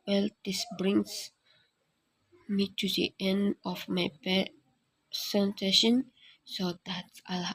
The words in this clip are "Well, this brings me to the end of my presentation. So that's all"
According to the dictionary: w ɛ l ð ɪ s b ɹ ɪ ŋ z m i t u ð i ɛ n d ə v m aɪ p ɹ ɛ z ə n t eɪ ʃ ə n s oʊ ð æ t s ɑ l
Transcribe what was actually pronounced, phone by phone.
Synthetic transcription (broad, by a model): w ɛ l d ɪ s b ɹ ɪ ŋ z m i t u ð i ɛ n d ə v m aɪ p ɛ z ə n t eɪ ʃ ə n s oʊ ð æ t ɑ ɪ